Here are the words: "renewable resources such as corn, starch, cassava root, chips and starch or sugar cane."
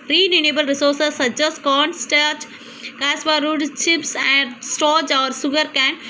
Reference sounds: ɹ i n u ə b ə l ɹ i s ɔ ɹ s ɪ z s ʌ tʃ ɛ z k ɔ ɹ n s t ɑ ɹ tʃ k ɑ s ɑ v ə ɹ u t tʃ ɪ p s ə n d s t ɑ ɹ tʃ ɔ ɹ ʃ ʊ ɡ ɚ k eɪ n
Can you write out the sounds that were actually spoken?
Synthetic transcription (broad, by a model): ɹ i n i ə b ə l ɹ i s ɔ ɹ s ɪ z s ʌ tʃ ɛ s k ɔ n s t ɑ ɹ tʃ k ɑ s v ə ɹ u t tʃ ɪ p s ə n d s t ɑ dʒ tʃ ɔ ɹ s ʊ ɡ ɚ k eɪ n